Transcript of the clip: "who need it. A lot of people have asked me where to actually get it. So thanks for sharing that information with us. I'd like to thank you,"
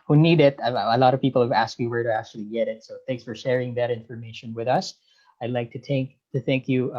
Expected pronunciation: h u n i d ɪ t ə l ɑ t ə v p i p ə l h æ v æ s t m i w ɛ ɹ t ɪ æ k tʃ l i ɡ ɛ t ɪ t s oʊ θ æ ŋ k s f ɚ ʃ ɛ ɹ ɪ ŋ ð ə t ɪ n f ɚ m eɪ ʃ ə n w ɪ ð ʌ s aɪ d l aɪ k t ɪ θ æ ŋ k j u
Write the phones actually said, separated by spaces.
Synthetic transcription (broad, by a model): h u n i d ɪ t ə l ɑ t ə v p i p l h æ v æ s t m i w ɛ ɹ t ɪ æ k tʃ l i ɡ ɛ t ɪ t s oʊ θ æ ŋ k s f ɚ ʃ ɛ ɹ ɪ ŋ ð ə t ɪ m f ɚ m eɪ ʃ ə n w ɪ ð ʌ s aɪ d l aɪ k t ɪ θ æ ŋ k j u